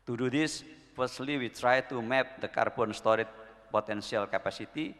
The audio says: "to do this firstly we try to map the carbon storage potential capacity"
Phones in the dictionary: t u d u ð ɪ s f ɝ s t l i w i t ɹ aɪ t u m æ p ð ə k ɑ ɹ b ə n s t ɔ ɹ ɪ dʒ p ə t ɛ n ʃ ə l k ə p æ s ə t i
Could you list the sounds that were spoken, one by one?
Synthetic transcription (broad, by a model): t u d u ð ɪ s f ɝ s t l i w i t ɹ aɪ t u m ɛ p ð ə k ɑ ɹ b ə n s t ɔ ɹ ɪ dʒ p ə t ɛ n s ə l k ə p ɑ s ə t i